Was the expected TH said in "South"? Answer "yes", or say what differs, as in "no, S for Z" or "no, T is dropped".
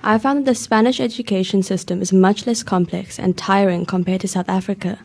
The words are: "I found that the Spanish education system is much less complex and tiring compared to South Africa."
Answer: yes